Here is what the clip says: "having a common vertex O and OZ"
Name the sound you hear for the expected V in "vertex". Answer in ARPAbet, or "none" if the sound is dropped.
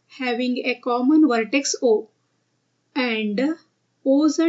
V